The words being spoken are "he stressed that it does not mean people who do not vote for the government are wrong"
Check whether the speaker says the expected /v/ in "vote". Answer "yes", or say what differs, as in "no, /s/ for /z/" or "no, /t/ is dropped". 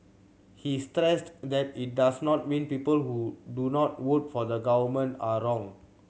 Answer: no, /w/ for /v/